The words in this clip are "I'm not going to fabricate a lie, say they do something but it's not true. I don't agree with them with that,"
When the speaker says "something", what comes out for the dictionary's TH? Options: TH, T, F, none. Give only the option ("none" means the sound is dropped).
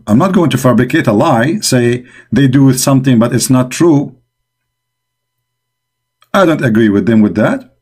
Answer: TH